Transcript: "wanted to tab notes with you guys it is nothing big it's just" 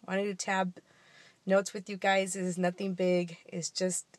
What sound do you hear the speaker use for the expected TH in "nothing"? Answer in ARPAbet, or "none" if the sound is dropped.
TH